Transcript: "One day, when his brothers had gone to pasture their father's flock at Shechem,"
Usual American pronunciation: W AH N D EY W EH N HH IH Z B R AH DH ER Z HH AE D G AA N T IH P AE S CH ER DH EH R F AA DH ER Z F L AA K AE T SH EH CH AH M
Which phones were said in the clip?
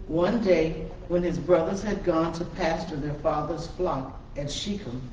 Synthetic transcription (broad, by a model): W AH N D EY W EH N IH Z B R AH DH ER Z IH D G AA N T IH P AE S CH ER DH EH R F AA DH ER Z F L AA K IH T SH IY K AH